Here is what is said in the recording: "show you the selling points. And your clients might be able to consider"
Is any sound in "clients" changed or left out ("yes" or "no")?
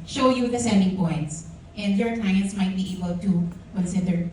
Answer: no